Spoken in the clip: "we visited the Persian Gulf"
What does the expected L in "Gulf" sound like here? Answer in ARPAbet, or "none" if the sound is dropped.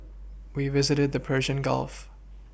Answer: L